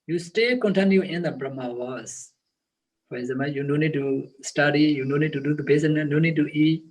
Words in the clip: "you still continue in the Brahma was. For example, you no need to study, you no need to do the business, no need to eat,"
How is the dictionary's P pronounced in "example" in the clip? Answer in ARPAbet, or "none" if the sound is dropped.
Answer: none